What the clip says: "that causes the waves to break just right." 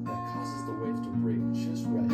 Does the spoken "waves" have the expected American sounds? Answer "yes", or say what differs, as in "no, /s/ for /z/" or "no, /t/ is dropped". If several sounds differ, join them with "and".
no, /z/ is dropped